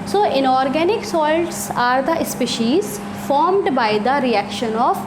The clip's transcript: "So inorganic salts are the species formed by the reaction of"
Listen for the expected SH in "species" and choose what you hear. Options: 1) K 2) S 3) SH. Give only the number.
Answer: 3